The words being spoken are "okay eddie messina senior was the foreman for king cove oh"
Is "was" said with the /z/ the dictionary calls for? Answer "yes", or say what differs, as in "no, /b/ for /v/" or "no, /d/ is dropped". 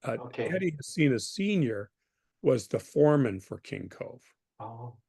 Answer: yes